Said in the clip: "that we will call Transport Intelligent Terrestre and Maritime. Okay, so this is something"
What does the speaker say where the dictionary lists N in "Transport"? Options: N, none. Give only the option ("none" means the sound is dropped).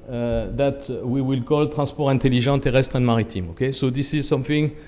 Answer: none